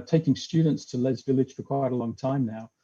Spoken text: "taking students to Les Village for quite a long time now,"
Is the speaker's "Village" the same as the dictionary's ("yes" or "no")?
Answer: yes